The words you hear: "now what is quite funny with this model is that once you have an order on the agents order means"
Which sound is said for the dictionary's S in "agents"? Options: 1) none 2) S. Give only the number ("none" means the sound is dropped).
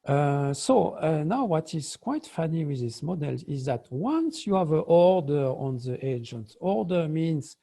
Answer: 1